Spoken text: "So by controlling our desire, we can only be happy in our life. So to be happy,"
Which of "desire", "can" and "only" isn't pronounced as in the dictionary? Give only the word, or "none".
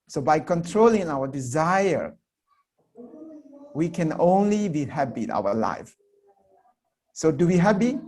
none